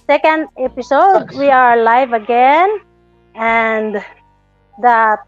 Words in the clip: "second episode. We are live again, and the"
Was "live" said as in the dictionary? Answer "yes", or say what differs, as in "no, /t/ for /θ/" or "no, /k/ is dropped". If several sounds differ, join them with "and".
yes